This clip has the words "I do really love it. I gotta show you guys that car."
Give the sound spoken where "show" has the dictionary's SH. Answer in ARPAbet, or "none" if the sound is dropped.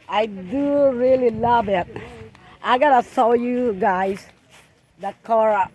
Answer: S